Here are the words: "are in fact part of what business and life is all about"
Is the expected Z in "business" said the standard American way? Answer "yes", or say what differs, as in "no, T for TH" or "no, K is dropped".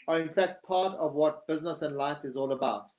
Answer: yes